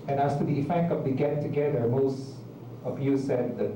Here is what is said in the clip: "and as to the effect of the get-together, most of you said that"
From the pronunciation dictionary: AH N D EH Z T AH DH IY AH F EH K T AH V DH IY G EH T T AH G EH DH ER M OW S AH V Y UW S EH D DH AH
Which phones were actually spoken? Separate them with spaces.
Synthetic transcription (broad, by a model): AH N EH S T AH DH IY AH F EH K T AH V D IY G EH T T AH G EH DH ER M OW S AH P Y UW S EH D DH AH